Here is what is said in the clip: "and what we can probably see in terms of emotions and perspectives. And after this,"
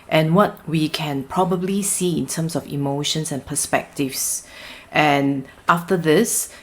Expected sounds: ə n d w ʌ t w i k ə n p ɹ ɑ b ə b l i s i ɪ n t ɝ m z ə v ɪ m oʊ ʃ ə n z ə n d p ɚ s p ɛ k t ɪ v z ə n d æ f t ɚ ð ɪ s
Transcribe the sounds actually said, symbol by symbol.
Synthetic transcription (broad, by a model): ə n w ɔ t w i k ə n p ɹ ɑ b ə b l i s i ɪ n t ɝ m s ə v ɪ m oʊ ʃ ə n s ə n p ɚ s p ɛ k t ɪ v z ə n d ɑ f t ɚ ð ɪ s